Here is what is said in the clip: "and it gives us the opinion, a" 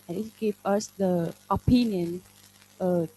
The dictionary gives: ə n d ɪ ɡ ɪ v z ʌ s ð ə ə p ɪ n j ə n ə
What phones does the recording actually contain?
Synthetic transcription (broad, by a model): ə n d ɪ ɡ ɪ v ʌ s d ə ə p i n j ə n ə